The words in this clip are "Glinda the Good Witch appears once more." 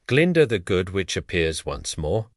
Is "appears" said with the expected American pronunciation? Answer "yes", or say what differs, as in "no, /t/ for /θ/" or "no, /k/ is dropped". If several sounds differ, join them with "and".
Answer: yes